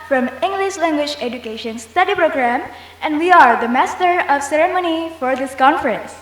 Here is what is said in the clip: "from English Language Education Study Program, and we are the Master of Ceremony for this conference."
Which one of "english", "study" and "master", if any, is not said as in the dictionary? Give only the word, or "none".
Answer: none